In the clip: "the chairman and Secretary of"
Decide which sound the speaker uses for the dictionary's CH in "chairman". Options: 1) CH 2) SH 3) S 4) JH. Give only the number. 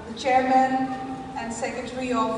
1